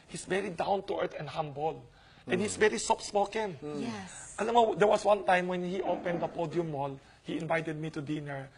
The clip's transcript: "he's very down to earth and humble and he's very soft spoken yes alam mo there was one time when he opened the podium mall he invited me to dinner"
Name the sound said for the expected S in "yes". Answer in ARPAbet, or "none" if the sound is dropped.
none